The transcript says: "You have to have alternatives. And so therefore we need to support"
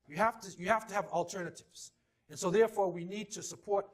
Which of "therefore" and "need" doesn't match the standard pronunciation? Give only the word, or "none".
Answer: none